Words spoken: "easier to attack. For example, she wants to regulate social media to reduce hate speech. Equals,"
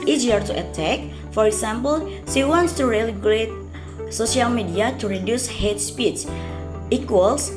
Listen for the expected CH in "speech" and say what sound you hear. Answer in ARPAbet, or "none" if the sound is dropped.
S